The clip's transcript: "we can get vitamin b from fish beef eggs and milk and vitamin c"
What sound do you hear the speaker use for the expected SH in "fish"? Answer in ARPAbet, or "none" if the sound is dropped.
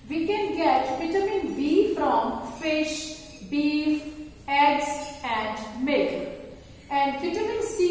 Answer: SH